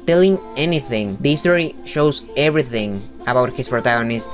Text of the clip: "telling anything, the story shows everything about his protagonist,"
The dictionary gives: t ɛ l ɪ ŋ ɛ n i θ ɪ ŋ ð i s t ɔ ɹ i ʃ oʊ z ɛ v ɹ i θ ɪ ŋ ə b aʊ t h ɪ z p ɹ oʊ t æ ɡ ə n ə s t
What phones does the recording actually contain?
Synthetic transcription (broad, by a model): t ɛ l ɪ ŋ ɛ n i θ ɪ ŋ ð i s t ɔ ɹ i ʃ oʊ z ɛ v ɹ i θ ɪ ŋ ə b aʊ t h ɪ s p ɹ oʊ t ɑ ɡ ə n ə s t